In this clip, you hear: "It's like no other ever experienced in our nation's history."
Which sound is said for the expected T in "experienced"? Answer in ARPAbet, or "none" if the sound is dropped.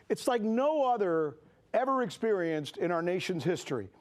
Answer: T